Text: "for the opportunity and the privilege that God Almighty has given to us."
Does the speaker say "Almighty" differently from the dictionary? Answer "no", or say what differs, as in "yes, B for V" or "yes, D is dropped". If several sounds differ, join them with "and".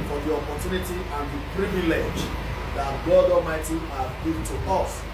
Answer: yes, L is dropped